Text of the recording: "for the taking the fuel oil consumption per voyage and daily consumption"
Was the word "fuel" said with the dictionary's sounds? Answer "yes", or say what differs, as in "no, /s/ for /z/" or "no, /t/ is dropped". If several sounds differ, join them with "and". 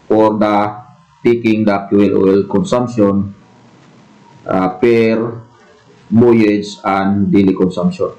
no, /p/ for /f/